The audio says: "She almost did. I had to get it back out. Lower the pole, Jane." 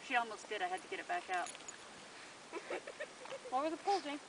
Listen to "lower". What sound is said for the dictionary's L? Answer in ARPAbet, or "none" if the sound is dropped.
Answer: W